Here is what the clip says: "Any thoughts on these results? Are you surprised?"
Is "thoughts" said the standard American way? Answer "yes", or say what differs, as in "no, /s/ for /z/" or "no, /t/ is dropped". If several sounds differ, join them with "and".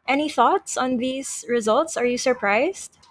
yes